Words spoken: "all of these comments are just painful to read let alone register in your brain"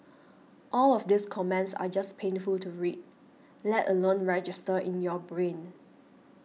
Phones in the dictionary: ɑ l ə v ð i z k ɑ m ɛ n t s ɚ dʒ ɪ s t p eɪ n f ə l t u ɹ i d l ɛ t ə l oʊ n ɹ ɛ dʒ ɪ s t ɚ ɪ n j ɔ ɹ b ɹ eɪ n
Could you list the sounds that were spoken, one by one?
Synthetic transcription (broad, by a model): ɑ l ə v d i s k ɑ m ɛ n t s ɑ dʒ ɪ s p eɪ n f ə l t u ɹ i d l ɛ t ə l oʊ n ɹ ɛ dʒ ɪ s t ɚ ɪ n j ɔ b ɹ eɪ n